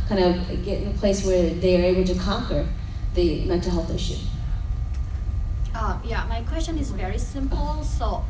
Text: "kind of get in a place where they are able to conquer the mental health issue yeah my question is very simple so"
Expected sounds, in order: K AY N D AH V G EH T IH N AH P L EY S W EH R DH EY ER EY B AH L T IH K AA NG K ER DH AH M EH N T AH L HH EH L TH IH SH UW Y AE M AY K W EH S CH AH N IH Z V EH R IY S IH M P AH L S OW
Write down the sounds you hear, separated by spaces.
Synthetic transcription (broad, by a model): K AY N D AH V G EH T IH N AH P L EY S W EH R DH EY ER EY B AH L T IH K AA NG K ER DH AH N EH T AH HH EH L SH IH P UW Y AE M AY K W EH S CH AH N IH Z V EH R IY S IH M P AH L S OW